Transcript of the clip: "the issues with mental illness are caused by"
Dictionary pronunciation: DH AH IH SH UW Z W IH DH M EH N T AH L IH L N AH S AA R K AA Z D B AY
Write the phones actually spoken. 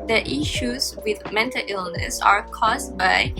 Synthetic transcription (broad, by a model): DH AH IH SH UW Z W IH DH M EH N T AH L IH L N AH S AA R K AA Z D B AY